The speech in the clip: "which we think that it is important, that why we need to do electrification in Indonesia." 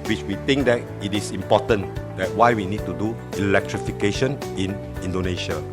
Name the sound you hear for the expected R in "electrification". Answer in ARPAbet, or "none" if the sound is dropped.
R